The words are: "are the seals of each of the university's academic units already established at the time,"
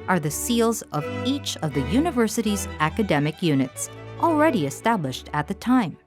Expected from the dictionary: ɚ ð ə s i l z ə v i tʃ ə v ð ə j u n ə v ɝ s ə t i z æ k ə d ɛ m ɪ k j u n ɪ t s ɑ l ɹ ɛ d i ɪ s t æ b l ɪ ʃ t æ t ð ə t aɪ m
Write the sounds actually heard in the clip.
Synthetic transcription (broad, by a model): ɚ ð ə s i l z ə v i tʃ ə v ð ə j u n ə v ɝ s ə t i z æ k ə d ɛ m ɪ k j u n ɪ t s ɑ l ɹ ɛ d i ɪ s t æ b l ɪ ʃ t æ t ð ə t aɪ m